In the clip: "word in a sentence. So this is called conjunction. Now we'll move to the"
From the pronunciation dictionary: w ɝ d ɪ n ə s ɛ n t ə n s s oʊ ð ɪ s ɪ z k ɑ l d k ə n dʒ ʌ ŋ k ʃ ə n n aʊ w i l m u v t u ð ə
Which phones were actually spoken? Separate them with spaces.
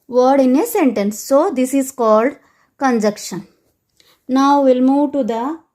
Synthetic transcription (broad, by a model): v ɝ d ɪ n ə s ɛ n t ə n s s oʊ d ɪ s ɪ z k ɑ l d k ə n dʒ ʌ k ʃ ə n n aʊ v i l m u v t u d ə